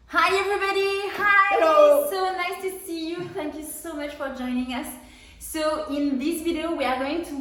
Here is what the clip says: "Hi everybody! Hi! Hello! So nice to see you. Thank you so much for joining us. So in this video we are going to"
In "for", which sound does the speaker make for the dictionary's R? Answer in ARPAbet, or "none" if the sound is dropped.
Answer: R